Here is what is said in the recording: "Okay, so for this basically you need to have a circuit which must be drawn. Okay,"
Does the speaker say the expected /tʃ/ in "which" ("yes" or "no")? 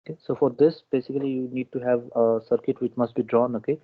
yes